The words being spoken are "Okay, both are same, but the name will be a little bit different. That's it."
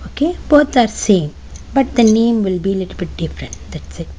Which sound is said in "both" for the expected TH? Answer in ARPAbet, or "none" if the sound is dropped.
T